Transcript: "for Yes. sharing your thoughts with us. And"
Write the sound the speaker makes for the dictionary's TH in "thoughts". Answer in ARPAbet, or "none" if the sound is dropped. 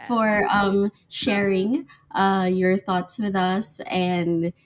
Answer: TH